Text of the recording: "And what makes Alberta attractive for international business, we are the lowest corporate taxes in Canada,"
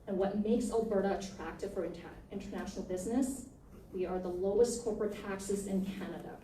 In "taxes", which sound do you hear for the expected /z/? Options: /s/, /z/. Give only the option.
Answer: /z/